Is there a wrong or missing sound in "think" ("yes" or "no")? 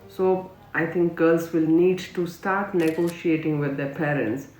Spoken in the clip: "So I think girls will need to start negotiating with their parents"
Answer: yes